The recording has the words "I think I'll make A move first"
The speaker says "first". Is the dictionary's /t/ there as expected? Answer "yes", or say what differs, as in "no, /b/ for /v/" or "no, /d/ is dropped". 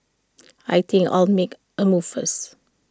no, /t/ is dropped